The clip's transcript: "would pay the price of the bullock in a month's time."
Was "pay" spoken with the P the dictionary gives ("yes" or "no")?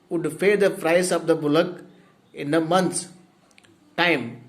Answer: no